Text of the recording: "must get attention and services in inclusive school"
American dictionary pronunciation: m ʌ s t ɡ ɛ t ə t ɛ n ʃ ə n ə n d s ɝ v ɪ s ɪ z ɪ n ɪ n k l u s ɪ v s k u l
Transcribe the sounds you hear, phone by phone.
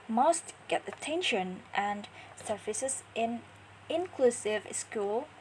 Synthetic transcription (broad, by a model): m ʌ s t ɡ ɛ t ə t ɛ n ʃ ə n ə n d s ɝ f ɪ s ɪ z ɪ n ɪ n k l u s ɪ v s k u l